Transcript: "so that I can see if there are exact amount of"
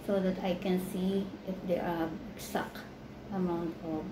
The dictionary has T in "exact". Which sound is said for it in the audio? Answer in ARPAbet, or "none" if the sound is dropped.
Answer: none